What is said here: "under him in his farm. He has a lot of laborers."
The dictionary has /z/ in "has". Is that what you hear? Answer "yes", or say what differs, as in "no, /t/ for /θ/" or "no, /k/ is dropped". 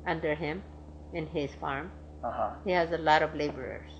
yes